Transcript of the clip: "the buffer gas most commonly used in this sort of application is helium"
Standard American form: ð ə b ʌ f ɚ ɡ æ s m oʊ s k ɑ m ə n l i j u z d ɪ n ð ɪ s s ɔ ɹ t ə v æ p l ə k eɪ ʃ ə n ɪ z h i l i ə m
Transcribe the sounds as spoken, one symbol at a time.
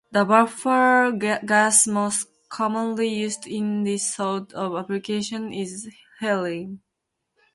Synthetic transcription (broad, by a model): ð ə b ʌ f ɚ ɡ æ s m oʊ s k ɑ m ə n l i j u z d ɪ n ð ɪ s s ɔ l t ə v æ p l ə k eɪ ʃ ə n ɪ z h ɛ l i